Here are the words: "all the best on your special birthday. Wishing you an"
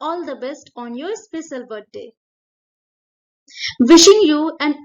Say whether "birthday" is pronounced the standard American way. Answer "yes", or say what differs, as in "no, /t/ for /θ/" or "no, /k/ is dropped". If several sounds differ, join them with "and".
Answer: no, /t/ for /θ/